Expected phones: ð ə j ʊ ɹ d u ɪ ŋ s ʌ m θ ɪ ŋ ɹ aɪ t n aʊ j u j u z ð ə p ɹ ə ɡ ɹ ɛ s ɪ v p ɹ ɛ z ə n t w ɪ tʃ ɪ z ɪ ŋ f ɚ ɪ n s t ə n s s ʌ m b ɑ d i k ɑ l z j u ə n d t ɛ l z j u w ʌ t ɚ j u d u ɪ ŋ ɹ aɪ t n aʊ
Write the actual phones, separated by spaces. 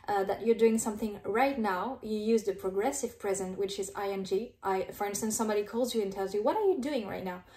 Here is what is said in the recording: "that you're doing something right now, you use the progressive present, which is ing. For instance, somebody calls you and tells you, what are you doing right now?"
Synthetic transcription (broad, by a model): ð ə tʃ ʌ ɹ d u ɪ ŋ s ʌ m θ ɪ ŋ ɹ aɪ t n aʊ j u j u z ð ə p ɹ ə ɡ ɹ ɛ s ɪ v p ɹ ɛ z ə n t w ɪ tʃ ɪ z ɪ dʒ f ɚ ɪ n s t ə n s s ʌ m b ɑ d i k ɑ l z j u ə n t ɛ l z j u w ʌ t ɚ j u d u ɪ ŋ ɹ aɪ t n aʊ